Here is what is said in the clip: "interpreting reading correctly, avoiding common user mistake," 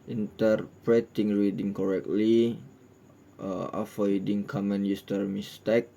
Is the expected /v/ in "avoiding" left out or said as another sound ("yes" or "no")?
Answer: yes